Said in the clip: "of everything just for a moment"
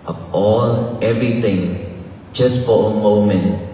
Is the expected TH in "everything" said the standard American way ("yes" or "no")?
no